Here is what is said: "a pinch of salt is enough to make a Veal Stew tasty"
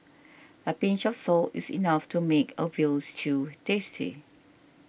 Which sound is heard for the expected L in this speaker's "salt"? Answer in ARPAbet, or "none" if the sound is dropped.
L